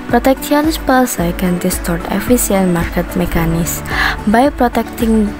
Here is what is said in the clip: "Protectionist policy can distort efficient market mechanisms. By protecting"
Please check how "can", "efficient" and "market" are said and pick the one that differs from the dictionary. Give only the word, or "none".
efficient